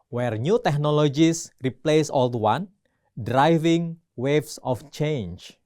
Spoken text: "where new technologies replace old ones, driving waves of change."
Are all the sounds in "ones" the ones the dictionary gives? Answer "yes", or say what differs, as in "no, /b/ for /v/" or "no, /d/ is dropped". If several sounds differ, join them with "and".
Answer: no, /z/ is dropped